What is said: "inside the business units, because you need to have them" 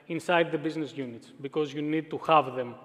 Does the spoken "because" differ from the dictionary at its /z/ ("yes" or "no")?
no